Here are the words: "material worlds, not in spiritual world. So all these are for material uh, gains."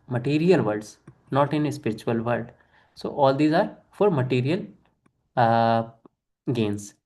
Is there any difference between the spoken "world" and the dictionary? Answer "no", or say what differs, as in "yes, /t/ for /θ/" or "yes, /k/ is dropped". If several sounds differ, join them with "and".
yes, /l/ is dropped